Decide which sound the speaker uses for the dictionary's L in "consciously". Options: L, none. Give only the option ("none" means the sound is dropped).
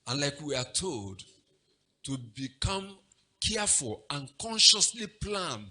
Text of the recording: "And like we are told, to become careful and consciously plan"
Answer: L